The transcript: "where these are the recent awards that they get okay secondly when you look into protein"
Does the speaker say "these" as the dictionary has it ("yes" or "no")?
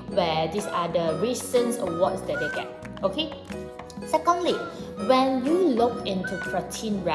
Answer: no